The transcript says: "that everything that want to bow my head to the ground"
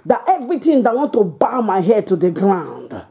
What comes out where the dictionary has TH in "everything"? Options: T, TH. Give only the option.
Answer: T